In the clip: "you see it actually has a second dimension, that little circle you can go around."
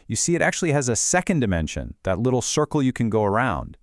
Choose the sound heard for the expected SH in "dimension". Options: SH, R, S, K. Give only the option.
SH